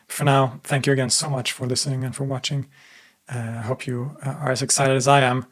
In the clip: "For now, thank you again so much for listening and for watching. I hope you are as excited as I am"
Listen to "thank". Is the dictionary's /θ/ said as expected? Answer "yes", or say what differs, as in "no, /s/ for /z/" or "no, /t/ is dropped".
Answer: yes